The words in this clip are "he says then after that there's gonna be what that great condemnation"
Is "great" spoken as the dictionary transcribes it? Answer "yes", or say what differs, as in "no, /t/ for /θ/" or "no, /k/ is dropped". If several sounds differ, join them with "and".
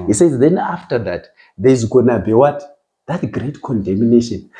yes